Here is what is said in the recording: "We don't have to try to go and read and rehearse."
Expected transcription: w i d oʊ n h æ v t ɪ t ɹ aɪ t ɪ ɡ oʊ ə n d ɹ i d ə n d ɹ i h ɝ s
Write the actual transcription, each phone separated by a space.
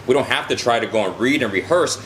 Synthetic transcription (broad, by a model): w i d oʊ n h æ f t ɪ t ɹ aɪ t ɪ ɡ oʊ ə n ɹ i d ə n ɹ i h ɝ s